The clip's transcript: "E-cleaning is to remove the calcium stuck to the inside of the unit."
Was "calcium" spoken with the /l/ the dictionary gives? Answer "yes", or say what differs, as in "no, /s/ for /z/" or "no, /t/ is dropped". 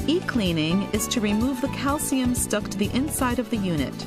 yes